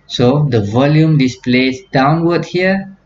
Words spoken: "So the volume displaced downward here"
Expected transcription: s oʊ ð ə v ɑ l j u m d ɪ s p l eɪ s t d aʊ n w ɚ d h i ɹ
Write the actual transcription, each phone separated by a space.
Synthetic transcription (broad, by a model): s oʊ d ə v ɑ l j u m d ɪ s p l eɪ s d aʊ n w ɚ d h i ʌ